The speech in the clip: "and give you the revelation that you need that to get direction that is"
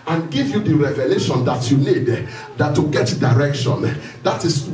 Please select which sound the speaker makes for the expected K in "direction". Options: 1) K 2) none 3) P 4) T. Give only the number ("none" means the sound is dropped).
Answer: 1